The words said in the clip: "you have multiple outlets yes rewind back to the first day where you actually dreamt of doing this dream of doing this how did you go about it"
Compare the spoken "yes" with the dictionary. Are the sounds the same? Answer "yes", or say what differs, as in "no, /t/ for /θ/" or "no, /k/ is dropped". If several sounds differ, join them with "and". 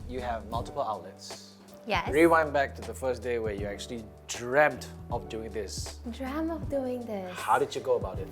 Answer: no, /s/ is dropped